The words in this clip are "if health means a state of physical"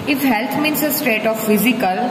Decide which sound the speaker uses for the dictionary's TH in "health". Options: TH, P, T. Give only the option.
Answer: T